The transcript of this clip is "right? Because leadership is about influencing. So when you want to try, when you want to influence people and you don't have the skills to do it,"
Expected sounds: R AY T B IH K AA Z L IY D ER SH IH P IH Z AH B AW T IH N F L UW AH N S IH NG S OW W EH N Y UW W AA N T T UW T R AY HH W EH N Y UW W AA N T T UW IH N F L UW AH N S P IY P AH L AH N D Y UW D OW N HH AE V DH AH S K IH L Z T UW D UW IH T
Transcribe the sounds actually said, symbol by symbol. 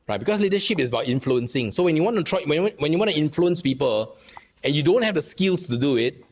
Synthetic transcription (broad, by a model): R AY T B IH K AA S L IY D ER SH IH P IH S AH B AW T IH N F L UW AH N S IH NG S OW W EH N Y UW W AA N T T UW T W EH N W EH N Y UW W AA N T T UW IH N F L UW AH N S P IY P AH L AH N Y UW D OW N HH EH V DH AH S K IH L S T UW D UW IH T